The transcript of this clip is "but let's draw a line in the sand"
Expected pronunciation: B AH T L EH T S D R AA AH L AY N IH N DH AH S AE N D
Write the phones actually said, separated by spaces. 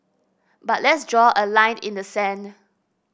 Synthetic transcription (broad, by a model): B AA T L EH T S D R AA AH L AY N IH N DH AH S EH N